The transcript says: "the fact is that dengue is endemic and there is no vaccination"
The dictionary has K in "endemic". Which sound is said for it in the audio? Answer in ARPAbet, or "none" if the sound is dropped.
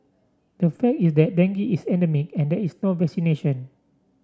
K